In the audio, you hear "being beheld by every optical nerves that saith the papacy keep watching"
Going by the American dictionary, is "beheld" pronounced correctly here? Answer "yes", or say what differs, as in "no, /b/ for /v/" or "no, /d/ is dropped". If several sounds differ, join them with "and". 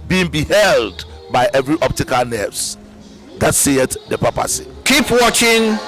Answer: yes